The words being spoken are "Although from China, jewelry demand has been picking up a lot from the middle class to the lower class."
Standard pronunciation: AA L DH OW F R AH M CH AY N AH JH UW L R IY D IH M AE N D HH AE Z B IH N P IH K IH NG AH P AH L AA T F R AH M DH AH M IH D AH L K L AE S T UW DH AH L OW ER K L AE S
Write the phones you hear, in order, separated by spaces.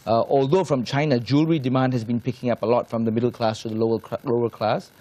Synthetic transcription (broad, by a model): AA L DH OW F R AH M CH AY N AH JH UW L R IY D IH M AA N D HH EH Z B IH N P IH K IH NG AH P AH L AA T F R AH M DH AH M IH D AH L K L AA S T UW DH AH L OW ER K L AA S